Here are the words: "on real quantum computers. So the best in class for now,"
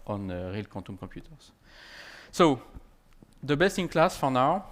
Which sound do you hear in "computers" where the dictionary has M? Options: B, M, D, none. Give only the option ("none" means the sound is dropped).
none